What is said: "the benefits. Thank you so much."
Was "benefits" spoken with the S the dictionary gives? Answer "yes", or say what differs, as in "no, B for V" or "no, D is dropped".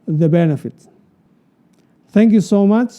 no, S is dropped